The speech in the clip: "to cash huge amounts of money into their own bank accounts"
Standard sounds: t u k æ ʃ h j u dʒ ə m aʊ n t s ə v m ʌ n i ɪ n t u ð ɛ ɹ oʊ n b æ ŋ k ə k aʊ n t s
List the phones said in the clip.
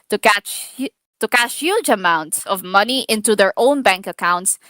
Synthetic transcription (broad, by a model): t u k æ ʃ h j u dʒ ə m aʊ n t s ə v m ʌ n i ɪ n t u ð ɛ ɹ oʊ n b æ ŋ k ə k aʊ n t s